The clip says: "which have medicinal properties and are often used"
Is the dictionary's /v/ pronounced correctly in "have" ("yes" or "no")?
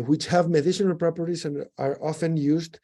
yes